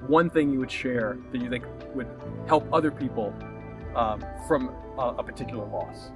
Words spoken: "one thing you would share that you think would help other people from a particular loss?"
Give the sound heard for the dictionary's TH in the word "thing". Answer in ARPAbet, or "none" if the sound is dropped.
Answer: TH